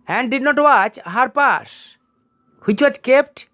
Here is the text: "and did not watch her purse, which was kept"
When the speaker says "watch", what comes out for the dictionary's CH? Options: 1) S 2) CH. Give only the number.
2